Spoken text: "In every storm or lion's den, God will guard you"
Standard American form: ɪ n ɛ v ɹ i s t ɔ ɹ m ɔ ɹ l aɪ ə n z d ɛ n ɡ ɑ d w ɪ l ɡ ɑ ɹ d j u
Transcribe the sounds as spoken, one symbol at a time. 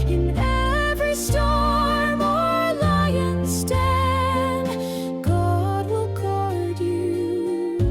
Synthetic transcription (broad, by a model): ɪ n ɛ v ɹ i s t ɔ ɹ m ɔ ɹ l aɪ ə n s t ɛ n ɡ ɑ d w ɪ l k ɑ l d j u